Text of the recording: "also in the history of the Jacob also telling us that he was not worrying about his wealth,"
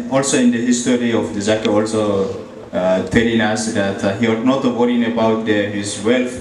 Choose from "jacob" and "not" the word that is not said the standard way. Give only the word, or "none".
jacob